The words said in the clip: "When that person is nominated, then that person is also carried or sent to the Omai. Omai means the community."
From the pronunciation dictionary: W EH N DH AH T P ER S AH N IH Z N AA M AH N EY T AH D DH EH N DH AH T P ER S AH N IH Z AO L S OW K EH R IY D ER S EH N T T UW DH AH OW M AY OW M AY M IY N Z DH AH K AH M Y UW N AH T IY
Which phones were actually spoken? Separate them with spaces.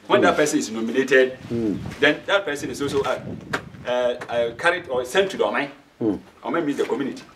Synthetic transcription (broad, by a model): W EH N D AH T P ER S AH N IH S N AA M AH N EY T AH D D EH N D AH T P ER S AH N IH S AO S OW K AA R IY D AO S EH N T T UW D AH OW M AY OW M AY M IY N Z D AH K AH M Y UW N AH T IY